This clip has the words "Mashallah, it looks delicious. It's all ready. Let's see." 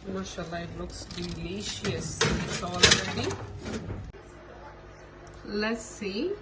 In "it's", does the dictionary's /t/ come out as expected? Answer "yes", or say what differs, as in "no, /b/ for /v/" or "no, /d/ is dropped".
no, /s/ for /t/